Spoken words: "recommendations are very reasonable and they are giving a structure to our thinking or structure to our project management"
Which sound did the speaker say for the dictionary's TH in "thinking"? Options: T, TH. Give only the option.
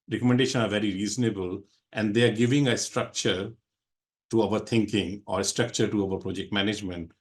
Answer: T